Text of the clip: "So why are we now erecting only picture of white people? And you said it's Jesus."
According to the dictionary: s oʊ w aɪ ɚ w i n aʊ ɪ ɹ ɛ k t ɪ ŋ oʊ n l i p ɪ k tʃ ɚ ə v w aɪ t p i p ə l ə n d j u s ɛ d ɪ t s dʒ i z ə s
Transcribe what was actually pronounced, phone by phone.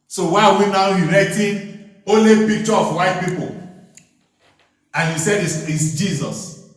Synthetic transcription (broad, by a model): s oʊ w aɪ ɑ w i n aʊ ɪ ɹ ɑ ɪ t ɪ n oʊ n l i p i k tʃ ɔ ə f w aɪ t p i p ə l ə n j u s ɛ d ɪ s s dʒ i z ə s